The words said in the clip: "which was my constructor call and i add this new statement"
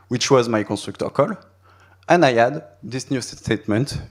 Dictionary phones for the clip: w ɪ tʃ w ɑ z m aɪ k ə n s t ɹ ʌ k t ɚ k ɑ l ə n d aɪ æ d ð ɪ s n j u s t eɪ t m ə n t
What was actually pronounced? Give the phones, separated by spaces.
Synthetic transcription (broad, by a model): w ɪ tʃ w ɑ z m aɪ k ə n s t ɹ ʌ k t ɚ k ɑ l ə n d aɪ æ d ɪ s n j u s t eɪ t m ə n t